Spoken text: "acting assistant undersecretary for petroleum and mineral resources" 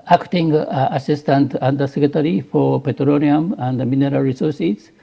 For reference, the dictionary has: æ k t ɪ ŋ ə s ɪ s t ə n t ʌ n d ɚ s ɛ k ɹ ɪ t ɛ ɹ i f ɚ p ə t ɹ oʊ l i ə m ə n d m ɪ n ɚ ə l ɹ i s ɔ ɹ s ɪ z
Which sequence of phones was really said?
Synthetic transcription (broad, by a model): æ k t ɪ ŋ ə s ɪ s t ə n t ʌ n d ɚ s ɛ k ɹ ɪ t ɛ ɹ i f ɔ p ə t ɹ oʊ n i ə m ə n d m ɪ n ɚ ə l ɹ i s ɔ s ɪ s